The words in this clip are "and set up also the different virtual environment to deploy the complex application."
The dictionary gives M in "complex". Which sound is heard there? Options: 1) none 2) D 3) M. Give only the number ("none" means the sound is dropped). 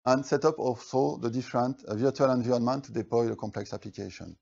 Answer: 3